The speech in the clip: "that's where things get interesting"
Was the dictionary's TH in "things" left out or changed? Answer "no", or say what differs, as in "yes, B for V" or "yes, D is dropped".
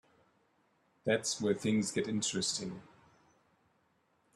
no